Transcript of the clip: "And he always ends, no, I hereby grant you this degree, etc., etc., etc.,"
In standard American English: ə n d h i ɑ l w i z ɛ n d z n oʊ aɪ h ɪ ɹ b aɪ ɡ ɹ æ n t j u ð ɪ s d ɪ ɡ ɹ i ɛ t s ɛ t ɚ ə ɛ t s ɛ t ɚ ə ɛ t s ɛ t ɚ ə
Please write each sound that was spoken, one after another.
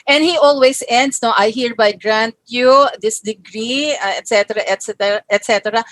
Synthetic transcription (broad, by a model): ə n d h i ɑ l w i s ɛ n d s n oʊ aɪ h ɪ ɹ b aɪ ɡ ɹ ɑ n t j u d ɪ s d ɪ ɡ ɹ i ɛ t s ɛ t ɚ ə ɛ t s ɛ t ɚ ə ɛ t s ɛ t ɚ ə